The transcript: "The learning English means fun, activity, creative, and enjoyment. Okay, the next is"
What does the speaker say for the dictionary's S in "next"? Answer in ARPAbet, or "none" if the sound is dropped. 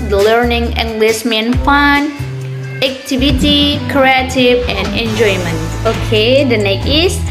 none